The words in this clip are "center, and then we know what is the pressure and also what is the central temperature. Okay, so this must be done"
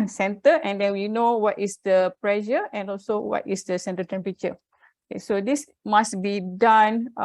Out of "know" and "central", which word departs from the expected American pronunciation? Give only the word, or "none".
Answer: central